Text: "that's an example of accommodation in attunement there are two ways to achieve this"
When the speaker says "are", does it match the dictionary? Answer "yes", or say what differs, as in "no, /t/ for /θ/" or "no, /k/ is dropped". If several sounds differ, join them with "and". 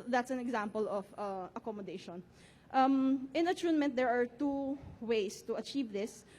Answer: yes